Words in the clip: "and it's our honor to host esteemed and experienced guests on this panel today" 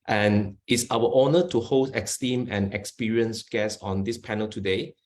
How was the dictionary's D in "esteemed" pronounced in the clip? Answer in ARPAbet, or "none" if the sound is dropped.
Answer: none